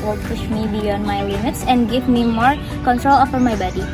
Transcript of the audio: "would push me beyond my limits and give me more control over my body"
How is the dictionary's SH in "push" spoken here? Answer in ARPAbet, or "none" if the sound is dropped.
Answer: SH